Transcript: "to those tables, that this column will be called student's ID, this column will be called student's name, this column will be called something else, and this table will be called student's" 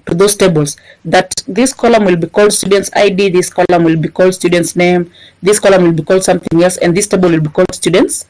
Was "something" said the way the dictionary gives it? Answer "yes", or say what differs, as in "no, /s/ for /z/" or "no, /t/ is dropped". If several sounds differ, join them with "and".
yes